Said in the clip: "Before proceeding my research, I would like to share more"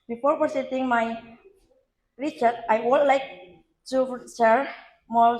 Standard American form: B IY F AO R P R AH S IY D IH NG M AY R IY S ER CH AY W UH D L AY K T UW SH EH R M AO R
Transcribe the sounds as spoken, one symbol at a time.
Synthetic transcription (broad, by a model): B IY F AO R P AH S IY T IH NG M AY R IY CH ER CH AY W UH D L AY K T UW S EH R M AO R